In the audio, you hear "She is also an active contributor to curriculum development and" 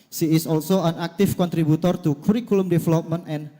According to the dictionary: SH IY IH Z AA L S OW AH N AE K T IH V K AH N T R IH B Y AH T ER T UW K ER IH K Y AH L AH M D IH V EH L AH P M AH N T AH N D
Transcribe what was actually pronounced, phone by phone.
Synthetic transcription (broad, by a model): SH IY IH S AA L S OW AH N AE K T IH F K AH N T R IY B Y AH T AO T UW K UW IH K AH L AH M D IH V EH L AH P M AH N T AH N